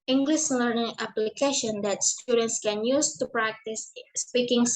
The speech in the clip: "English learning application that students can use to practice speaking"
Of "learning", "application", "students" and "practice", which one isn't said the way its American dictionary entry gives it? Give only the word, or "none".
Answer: none